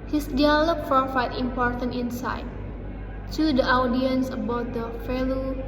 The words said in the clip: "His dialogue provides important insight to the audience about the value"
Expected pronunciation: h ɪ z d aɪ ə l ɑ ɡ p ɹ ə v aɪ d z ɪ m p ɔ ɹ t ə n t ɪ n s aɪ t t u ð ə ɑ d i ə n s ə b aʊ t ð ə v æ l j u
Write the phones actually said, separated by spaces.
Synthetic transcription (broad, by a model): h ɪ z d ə l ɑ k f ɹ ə f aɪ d ɪ m p ɔ ɹ t ə n t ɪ n s aɪ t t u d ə ɑ d i ə n s ə b aʊ t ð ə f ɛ l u